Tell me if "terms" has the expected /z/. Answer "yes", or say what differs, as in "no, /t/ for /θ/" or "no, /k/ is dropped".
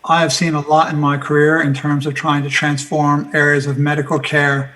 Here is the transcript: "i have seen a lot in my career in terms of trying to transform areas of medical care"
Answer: yes